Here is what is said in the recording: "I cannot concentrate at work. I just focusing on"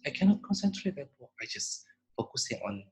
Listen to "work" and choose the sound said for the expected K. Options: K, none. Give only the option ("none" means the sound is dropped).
none